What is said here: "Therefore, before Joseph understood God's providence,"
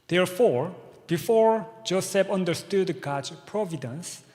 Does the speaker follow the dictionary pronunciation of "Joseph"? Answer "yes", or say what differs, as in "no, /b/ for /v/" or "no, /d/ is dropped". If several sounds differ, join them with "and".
no, /p/ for /f/